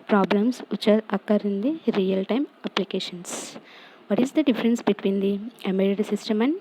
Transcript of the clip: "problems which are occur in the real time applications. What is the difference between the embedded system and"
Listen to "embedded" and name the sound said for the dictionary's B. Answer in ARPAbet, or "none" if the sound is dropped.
none